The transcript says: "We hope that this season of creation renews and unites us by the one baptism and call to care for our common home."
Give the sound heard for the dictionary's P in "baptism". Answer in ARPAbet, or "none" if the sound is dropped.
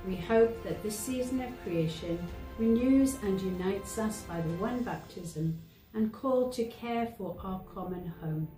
P